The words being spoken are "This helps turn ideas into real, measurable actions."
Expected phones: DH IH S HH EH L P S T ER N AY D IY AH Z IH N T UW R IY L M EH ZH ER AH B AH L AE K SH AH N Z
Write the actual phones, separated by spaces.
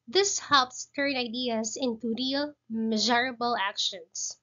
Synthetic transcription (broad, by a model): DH IH S HH EH L P S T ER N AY D IY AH S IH N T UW R IY L M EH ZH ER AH B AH L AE K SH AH N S